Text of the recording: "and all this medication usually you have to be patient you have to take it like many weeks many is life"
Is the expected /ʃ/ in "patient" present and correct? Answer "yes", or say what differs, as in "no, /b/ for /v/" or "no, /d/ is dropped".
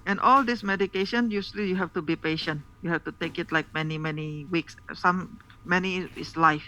yes